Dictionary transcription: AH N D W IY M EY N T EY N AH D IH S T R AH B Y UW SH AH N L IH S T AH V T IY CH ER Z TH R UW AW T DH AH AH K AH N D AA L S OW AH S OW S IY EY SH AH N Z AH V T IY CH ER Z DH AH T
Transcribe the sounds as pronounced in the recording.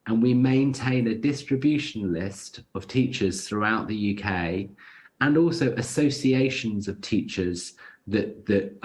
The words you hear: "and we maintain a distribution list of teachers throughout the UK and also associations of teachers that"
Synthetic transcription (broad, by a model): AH N W IY M EY N T EY N AH D IH S T R AH B Y UW SH AH N L IH S T AH V T IY CH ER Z TH R UW AW T DH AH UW K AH N AA L S OW AH S OW S IY EY SH AH N Z AH V T IY CH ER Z DH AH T